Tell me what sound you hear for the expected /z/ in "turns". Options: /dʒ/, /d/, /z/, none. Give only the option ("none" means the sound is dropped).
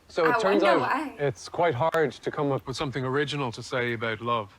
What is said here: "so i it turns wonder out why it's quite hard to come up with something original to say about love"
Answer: /z/